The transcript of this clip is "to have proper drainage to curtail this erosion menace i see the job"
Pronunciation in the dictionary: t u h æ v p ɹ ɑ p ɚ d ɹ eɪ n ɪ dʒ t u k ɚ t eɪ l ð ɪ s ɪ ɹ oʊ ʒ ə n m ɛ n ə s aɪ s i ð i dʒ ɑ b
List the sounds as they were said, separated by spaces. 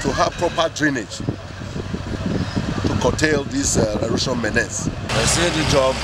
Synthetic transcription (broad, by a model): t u h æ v p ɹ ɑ p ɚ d ɹ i n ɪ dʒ t u k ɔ t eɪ l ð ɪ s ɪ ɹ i ʃ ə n m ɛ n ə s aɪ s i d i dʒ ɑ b